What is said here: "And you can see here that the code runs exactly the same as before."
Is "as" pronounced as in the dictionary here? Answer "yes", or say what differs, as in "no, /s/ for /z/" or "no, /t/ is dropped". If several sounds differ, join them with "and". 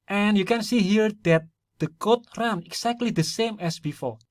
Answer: no, /s/ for /z/